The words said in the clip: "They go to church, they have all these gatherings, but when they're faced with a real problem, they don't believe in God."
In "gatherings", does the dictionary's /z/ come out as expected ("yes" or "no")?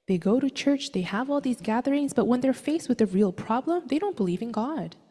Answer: yes